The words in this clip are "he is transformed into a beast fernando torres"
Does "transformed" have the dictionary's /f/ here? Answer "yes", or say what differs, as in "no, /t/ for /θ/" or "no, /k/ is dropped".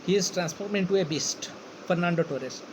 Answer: no, /p/ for /f/